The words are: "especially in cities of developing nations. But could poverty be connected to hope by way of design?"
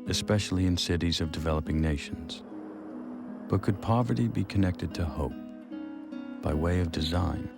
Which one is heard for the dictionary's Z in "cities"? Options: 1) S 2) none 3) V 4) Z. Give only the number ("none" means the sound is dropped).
4